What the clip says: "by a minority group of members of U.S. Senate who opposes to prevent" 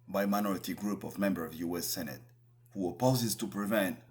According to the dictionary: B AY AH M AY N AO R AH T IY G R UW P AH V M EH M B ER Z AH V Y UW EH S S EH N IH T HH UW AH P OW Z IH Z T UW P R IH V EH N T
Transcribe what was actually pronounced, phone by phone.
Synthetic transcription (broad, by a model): B AY M AY N AO R AH T IY G R UW P AH V M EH M B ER AH V Y UW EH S S EH N IH T HH UW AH P OW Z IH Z T UW P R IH V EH N T